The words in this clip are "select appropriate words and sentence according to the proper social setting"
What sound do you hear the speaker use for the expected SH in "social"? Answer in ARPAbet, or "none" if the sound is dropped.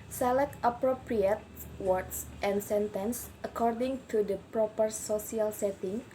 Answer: S